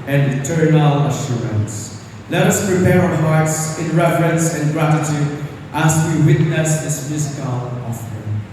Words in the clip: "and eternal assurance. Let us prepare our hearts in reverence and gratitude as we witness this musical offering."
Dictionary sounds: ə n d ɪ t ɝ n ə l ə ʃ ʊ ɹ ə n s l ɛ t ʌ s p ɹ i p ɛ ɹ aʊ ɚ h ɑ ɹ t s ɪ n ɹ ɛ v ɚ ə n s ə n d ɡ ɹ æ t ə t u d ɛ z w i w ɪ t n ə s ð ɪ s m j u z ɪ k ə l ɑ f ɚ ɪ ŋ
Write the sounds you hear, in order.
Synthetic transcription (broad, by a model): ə n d ɪ t ɝ n ə l ə ʃ ʊ ɹ ə n s l ɛ t ʌ s p ɹ i p ɛ ɹ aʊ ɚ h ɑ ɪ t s ɪ n ɹ ɛ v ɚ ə n s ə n ɡ ɹ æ t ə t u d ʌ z w i w ɪ t n ə s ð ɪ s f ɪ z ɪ k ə l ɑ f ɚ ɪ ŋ